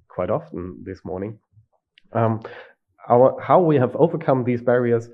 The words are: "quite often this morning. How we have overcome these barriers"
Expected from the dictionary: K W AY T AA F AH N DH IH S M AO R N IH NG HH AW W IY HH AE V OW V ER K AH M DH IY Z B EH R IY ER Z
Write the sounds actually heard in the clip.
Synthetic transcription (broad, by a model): K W AY T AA F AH N DH IH S M AO R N IH NG HH AW W IY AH V OW V ER K AH M DH IY Z B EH R IY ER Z